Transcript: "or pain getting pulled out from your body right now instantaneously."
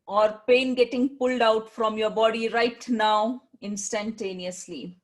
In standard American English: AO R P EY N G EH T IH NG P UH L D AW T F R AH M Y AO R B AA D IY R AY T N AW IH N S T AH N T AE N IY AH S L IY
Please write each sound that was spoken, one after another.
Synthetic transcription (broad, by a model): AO R P EY N G EH T IH NG P UH L D AW T F R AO M Y AO R B AA D IY R AY T N AW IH N S T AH N T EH N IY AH S L IY